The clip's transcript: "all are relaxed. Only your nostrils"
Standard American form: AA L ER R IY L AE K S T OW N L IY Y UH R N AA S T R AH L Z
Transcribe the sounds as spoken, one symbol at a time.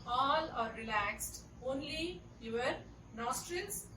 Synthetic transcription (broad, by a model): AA L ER R IY L AE K S T OW N L IY Y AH R N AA S T R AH L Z